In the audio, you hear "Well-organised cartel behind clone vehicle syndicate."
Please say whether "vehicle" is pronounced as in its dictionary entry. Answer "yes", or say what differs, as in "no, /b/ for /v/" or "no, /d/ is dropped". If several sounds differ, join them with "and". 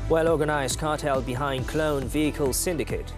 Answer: yes